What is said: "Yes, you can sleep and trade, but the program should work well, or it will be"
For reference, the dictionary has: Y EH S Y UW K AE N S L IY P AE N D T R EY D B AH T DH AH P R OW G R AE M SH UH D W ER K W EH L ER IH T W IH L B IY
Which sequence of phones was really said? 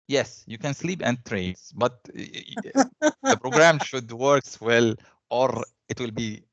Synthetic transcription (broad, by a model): Y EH S Y UW K AE N S L IY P AE N D T R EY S B AH T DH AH P R OW G R AE M SH UH D W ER K W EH L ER IH T W IH L B IY